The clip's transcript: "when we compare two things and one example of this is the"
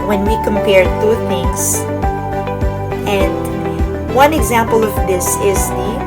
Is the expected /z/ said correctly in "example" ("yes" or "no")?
yes